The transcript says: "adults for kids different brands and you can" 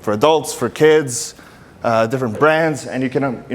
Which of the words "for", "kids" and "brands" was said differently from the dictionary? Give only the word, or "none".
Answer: none